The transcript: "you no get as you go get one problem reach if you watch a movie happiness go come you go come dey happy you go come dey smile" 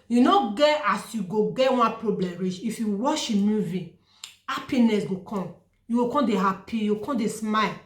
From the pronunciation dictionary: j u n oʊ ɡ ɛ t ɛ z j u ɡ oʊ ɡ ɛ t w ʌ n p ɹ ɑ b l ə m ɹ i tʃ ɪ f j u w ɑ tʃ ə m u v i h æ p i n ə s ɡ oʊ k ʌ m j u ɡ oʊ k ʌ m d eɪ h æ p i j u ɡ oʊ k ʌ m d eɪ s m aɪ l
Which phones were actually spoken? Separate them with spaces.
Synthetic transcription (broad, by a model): j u n oʊ ɡ ɛ t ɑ s j u ɡ oʊ ɡ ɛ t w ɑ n p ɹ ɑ b l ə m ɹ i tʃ ɪ f j u w ɑ ʃ ə m u v i h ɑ p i n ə s ɡ oʊ k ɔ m j u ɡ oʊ k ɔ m d eɪ h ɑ p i j u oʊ k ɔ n d eɪ s m aɪ l